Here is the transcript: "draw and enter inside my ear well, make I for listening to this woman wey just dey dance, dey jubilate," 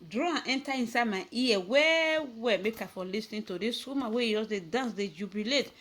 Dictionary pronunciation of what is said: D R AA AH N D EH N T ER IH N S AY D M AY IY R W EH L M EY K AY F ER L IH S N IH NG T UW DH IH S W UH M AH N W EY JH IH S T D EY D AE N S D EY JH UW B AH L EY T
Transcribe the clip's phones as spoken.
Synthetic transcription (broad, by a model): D R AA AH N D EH N T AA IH N S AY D M AY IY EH W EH W M EY K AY F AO L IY S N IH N T UW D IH S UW M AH W EY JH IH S D EY D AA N S D EY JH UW B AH L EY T